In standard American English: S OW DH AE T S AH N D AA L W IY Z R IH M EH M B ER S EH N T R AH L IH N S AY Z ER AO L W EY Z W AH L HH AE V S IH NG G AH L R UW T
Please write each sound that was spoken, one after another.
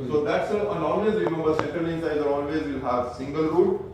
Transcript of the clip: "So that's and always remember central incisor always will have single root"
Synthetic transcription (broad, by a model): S OW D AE T S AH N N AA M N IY S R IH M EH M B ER S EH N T AH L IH N S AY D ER AO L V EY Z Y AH HH AE V S IH NG G AH L R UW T